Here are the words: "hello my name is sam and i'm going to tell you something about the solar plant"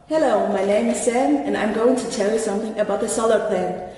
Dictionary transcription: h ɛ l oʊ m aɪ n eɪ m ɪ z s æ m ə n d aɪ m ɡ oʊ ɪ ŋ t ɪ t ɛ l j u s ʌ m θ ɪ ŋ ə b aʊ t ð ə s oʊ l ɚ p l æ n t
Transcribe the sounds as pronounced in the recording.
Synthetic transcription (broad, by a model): h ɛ l oʊ m aɪ n eɪ m ɪ z s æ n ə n aɪ m ɡ oʊ ɪ ŋ t ɪ t ɛ l j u s ʌ m θ ɪ ŋ ə b aʊ t ð ə s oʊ l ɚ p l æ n